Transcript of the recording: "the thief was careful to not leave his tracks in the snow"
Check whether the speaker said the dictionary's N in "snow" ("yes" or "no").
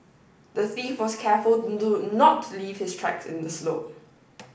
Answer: no